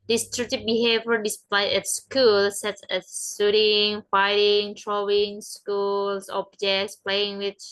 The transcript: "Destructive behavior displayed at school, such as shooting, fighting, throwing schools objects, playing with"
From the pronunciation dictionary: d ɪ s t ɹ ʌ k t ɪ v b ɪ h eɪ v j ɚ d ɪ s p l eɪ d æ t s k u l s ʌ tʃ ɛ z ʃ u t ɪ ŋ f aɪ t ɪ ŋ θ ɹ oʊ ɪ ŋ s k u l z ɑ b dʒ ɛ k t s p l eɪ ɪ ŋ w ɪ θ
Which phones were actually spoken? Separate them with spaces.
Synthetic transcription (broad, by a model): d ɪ s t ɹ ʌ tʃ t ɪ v b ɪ h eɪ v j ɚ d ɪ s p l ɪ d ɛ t s k u l s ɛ s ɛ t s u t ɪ ŋ f aɪ t ɪ ŋ t ɹ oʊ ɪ ŋ s k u l s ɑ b dʒ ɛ k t s p l eɪ ɪ ŋ w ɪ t